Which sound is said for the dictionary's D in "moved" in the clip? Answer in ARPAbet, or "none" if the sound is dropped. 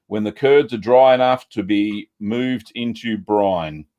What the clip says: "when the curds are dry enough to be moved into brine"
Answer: D